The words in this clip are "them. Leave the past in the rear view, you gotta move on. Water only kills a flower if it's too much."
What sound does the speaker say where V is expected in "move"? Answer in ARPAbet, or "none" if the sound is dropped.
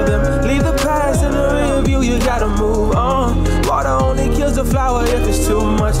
V